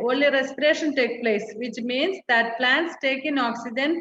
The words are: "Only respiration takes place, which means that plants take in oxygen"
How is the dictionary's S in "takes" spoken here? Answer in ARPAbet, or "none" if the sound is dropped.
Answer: none